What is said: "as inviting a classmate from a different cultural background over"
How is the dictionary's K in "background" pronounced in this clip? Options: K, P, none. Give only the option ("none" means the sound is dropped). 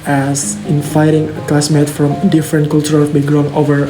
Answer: none